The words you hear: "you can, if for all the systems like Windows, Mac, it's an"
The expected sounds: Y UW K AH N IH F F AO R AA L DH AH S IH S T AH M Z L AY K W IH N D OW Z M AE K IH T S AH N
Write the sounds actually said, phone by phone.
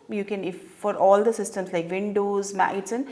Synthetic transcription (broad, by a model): Y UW K AH N IH F F AO R AA L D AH S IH S T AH M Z L AY K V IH N D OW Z M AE IH T S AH N